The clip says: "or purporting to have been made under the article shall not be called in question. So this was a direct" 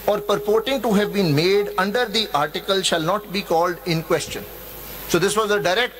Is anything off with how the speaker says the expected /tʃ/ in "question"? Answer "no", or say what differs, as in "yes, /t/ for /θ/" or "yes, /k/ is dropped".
no